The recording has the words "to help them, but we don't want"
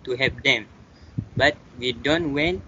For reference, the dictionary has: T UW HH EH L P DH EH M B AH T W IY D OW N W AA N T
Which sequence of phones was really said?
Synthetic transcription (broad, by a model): T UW HH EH P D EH M B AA T W IY D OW N W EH N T